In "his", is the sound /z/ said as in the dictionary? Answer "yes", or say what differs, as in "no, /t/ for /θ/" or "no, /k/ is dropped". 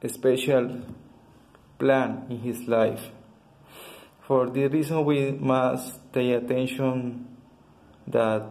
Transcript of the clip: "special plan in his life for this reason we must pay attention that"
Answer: no, /s/ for /z/